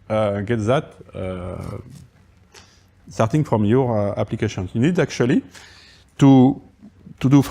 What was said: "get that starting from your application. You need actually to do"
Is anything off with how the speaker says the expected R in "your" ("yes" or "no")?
no